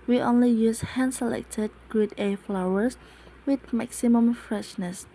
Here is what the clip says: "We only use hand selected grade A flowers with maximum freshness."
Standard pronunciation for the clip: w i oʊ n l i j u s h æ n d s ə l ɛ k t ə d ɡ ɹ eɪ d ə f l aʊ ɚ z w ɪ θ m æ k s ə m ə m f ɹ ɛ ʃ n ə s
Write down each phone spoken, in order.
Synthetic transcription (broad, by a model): w i oʊ n l i j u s h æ n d s ə l ɛ k t ə d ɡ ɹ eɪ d ə f l aʊ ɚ s w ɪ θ m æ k s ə m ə m f ɹ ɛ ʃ n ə s